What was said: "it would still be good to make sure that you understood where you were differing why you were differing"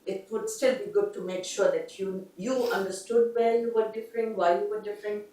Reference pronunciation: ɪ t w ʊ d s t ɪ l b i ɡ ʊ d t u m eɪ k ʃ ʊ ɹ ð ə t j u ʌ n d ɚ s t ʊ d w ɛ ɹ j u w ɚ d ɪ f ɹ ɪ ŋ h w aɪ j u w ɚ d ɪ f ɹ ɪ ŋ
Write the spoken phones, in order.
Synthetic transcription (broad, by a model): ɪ t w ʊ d s t ɪ l b i ɡ ʊ d t u m eɪ k ʃ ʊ ɹ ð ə t j u ʌ n d ɚ s t ʊ d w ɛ l j u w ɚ d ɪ f ɹ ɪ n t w aɪ j u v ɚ d ɪ f ɹ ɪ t